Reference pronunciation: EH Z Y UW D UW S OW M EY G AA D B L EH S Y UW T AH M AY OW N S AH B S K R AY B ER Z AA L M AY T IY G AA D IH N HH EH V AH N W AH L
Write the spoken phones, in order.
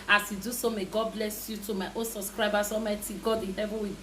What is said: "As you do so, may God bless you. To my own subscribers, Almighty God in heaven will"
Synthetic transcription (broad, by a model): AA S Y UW D UW S OW M EY G AA D B L EH S Y UW T AH M AY OW N S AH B S K R AY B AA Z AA M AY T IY G AA D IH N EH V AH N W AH